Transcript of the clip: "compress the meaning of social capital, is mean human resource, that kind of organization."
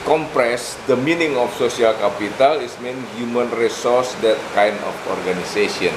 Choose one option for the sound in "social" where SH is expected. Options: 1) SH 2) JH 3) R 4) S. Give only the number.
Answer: 4